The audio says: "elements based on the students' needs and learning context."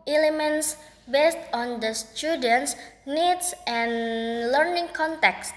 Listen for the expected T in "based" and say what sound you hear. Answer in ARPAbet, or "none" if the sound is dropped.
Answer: T